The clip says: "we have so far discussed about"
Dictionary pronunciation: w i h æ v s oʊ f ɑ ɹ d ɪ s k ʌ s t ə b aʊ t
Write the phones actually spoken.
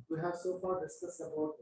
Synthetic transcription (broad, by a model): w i h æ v s oʊ f ɑ ɹ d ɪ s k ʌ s ə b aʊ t